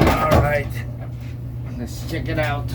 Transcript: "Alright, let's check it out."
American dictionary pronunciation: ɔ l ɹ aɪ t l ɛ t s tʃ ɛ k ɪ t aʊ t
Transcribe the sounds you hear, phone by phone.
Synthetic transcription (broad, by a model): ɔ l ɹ aɪ t n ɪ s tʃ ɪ k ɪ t aʊ t